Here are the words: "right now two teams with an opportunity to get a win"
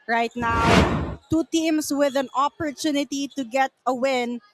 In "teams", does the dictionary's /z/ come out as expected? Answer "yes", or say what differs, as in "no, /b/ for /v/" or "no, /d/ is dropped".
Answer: no, /s/ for /z/